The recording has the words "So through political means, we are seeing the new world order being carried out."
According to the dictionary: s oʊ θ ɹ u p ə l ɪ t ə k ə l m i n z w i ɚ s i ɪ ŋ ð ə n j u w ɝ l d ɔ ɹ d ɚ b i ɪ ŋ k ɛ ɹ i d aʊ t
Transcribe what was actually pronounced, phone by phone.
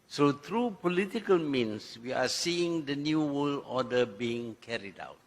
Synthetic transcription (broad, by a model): s oʊ t ɹ u p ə l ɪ t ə k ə l m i n s w i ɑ s i ɪ ŋ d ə n j u w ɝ l ɔ d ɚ b i ɪ ŋ k ɛ ɹ i d aʊ t